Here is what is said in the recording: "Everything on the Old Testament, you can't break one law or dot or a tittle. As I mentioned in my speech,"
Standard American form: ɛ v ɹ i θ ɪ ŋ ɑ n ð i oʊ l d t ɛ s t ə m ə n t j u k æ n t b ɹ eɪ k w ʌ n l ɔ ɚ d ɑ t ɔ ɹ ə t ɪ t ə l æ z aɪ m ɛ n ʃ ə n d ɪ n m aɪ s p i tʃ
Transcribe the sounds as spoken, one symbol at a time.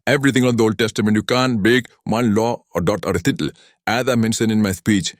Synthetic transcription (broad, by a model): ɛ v ɹ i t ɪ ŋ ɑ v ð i oʊ l d t ɛ s t ə m ə n t j u k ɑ n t b eɪ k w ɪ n l ɔ d ɑ t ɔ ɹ ə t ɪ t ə l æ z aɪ m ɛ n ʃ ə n ɪ n m aɪ s p i tʃ